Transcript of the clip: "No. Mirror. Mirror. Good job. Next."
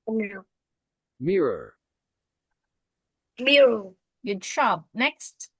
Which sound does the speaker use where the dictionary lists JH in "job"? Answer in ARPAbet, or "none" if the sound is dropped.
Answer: SH